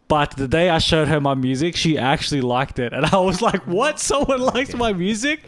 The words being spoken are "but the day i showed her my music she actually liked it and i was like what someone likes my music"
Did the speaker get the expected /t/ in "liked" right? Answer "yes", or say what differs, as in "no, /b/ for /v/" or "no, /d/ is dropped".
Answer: yes